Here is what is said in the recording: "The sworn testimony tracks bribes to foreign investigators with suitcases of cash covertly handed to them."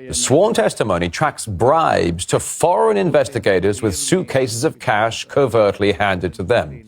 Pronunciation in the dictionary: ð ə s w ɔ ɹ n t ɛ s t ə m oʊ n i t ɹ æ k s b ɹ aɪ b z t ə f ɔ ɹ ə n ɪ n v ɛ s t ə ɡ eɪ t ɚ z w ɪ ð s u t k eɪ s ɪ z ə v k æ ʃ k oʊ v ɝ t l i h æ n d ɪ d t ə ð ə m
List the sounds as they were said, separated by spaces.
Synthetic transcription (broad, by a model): ð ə s w ɔ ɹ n t ɛ s t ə m oʊ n i t ɹ æ k s b ɹ aɪ b z t ə f ɔ ɹ ə n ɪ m v ɛ s t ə ɡ eɪ t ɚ z w ɪ ð s u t k eɪ s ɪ z ə v k æ ʃ k oʊ v ɝ t l i h æ n d ɪ d t ə ð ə m